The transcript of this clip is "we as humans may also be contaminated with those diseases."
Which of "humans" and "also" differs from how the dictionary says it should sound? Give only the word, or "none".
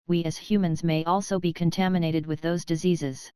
none